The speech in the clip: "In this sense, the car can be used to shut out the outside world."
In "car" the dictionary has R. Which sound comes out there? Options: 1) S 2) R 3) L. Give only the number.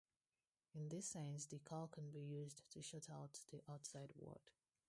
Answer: 3